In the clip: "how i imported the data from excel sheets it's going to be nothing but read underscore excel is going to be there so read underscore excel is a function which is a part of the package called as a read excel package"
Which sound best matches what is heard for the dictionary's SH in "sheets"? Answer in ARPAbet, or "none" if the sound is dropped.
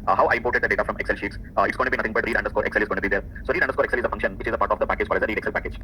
SH